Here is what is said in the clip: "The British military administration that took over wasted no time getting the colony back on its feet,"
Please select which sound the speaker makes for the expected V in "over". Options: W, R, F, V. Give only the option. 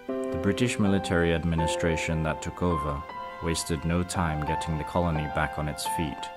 V